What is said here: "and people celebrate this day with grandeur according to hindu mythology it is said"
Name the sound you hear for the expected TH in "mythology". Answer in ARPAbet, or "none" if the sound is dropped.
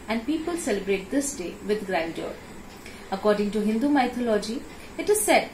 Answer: T